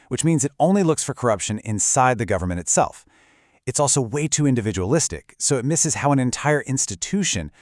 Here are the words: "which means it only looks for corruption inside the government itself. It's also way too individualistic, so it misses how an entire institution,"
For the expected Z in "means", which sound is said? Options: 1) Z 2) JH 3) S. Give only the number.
1